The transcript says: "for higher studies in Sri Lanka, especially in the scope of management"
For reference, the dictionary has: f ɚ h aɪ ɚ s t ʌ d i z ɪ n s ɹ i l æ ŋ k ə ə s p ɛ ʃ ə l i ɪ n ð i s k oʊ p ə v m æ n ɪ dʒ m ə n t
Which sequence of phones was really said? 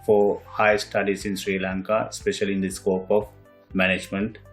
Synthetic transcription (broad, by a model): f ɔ h aɪ s t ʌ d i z ɪ n s ɹ i l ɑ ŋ k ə ə s p ɛ ʃ ə l i ɪ n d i s k oʊ p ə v m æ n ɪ dʒ m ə n t